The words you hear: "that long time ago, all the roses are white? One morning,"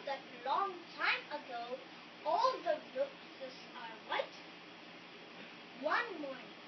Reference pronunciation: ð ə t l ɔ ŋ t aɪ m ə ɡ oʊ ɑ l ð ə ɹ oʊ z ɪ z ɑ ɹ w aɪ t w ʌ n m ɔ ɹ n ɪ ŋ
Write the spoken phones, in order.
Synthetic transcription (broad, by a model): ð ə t l ɔ ŋ t aɪ m ə ɡ oʊ ɑ l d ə l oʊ s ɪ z ɑ ɹ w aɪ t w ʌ n m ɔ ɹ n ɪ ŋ